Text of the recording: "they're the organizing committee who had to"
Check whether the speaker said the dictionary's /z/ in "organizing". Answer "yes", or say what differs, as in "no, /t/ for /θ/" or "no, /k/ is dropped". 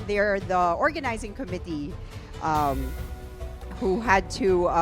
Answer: yes